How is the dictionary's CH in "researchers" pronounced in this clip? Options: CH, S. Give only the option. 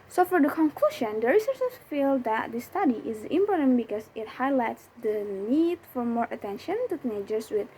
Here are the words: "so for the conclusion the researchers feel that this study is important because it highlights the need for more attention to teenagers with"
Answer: S